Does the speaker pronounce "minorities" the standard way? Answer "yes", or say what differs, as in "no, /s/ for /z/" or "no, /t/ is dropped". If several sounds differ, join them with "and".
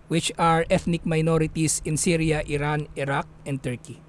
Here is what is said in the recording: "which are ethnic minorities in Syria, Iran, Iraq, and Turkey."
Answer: no, /s/ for /z/